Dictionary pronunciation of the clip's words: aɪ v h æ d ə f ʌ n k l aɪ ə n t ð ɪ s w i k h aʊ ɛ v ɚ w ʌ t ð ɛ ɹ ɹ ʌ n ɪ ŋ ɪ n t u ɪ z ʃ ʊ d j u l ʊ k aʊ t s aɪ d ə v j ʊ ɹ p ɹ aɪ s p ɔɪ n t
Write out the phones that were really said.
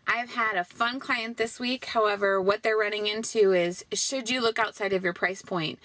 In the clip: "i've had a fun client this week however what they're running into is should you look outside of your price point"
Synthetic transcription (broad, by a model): aɪ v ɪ d ə f ʌ n k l aɪ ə n ð ɪ s w i k h aʊ ɛ v ɚ w ʌ t ð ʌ ɹ ɹ ʌ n ɪ ŋ ɪ n t u ɪ z ʃ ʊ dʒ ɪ l ʊ k aʊ t s aɪ d ə v j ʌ ɹ p ɹ aɪ s p ɔɪ n t